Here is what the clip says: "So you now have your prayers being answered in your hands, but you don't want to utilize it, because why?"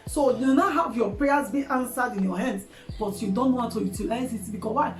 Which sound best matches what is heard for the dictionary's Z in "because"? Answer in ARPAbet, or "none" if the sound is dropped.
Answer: none